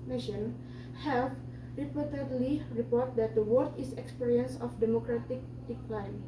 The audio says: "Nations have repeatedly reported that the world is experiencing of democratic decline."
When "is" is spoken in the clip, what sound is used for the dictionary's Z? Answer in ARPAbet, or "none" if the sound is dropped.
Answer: S